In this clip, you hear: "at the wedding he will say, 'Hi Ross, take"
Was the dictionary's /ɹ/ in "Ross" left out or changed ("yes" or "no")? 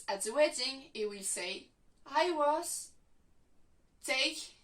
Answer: yes